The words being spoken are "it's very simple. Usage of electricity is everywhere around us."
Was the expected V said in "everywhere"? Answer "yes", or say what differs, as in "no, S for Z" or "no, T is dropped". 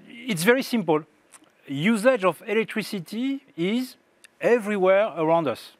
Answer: yes